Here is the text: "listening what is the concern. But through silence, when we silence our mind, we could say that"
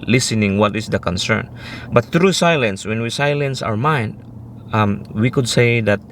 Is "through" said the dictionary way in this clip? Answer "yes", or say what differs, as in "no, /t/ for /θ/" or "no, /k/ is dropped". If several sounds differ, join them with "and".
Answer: no, /t/ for /θ/